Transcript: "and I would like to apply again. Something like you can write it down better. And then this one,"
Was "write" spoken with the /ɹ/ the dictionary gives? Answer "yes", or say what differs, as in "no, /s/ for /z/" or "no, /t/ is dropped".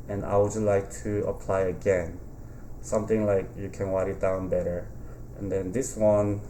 no, /w/ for /ɹ/